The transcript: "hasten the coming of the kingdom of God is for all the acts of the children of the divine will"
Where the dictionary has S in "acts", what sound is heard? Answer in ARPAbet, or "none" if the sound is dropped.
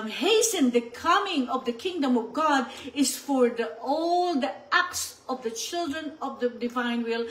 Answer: S